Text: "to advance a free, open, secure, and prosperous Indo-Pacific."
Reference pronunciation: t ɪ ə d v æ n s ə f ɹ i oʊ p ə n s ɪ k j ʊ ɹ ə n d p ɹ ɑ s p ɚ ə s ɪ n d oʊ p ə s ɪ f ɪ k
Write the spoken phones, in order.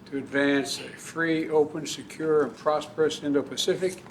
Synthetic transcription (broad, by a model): t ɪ ə d v æ n s ə f ɹ i oʊ p ə n s ɪ k j ʊ ɹ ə n p ɹ ɑ s p ɚ ə s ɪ n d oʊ p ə s ɪ f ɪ k